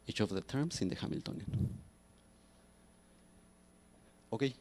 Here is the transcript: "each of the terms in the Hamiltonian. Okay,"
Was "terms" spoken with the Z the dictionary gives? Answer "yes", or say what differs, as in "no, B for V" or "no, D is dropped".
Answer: no, S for Z